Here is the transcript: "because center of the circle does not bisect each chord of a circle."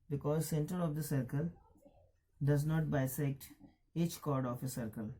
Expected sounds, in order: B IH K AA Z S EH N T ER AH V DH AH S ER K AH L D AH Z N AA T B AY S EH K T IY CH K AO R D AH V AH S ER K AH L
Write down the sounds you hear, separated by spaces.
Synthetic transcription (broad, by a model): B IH K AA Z S EH N T ER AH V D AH S ER K AH L D AH Z N AA T B AY S EH K T IY CH K AO R D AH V AH S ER K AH L